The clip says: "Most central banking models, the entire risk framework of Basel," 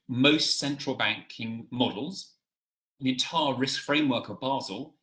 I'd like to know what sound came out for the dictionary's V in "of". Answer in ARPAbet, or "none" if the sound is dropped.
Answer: V